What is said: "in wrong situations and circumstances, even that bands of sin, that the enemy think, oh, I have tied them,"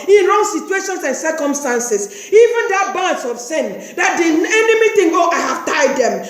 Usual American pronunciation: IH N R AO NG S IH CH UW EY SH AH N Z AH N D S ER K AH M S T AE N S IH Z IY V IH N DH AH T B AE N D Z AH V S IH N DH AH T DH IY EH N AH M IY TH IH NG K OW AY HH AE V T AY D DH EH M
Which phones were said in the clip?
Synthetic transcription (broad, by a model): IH N R AO NG S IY CH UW EY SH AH N S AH N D S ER K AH M S T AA N S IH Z IY V IH N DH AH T B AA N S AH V S IH N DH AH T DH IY EH N AH M IY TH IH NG OW AY HH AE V T AY D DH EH M